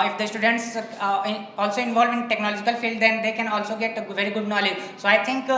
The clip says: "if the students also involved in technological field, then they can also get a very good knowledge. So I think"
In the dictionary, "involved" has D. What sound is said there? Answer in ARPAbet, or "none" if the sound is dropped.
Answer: none